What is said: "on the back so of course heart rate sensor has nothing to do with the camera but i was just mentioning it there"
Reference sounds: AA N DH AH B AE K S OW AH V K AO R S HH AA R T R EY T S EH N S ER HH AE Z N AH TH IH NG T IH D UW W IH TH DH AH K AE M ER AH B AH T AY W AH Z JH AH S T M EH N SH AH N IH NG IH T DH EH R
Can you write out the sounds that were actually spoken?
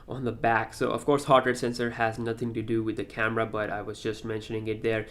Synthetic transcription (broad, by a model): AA N DH AH B AE K S OW AH V K AO R S HH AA R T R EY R S EH N S ER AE Z N AH TH IH NG T IH D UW W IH DH AH K AE M ER AH B AH T AY W AH Z JH AH S T M EH N SH AH N IH NG IH T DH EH R